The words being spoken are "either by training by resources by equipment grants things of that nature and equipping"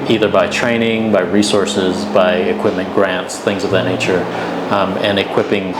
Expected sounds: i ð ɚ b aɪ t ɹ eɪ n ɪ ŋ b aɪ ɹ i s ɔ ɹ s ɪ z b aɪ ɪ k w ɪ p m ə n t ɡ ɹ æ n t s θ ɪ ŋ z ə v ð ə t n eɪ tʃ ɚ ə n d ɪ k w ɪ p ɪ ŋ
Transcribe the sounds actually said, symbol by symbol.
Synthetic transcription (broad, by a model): i ð ɚ b aɪ t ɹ eɪ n ɪ ŋ b aɪ ɹ i s ɔ ɹ s ɪ z b aɪ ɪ k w ɪ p m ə n ɡ ɹ æ n t s θ ɪ ŋ z ə v ð ə t n eɪ tʃ ɚ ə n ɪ k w ɪ p ɪ ŋ